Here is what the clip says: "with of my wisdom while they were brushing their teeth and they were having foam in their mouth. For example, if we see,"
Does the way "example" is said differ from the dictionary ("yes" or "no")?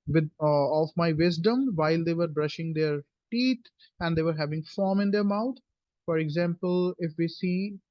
no